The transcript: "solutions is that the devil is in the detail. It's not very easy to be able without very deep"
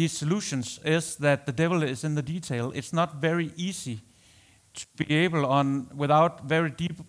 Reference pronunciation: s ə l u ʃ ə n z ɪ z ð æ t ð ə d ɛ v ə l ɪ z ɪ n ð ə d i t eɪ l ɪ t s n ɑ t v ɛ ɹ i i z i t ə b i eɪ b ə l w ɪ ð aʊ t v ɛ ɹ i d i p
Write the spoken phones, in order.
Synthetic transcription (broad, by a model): s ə l u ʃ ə n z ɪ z ð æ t ð ə d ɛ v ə l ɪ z ɪ n ð ə d i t eɪ l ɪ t s n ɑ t v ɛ ɹ i i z i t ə b i eɪ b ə n w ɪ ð aʊ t v ɛ ɹ i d i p